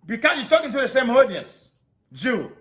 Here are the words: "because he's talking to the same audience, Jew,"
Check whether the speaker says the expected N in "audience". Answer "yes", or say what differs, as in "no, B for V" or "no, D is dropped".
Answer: yes